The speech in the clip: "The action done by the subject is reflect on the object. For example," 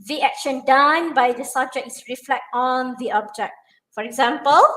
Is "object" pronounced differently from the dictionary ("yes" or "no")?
no